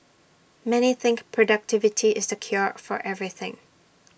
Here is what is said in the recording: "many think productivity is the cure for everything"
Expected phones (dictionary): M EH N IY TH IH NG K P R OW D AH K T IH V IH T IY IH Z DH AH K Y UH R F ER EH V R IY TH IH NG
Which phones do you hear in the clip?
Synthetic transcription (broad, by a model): M EH N IY TH IH NG K P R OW D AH K T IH V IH T IY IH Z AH K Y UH R F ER EH V R IY TH IH NG